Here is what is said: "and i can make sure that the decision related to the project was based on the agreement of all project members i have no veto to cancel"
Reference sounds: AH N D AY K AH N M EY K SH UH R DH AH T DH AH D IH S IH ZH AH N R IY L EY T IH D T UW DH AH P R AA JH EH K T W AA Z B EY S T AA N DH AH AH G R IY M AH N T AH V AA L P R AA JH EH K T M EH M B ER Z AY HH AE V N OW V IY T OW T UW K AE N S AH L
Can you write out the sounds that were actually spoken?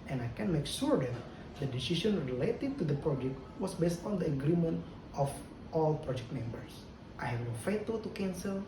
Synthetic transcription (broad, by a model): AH N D AY K AH N M EY K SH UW R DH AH T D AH D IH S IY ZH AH N R IY L EY T IH D T UW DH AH P R AA JH EH K T W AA S B EY S T AA N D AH AH G R IY M AH N T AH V AA L P R AA JH EH K T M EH M B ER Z AY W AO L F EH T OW T UW K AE N S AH L